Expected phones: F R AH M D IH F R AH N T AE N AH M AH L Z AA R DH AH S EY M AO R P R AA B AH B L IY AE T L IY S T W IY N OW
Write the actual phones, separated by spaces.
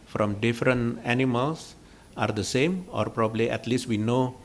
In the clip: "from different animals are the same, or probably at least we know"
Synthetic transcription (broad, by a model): F R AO M D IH F R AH N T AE N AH M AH L S AA R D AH S EY M AO R P R AA B AH B L IY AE T L IY S T W IY N OW